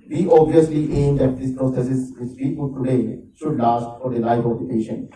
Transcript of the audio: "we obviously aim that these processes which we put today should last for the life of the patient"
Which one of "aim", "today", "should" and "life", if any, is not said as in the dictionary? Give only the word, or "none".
life